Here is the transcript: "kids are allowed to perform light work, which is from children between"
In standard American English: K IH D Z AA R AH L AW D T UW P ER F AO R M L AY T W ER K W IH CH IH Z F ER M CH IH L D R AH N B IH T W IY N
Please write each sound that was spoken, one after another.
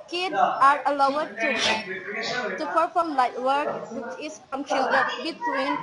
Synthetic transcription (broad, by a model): K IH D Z AA R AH L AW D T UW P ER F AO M L AY T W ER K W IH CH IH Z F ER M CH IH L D AH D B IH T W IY N